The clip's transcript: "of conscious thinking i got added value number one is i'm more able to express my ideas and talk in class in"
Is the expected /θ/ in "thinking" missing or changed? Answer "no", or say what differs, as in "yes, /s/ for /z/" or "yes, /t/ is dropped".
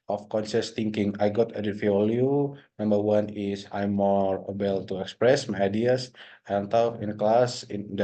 yes, /t/ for /θ/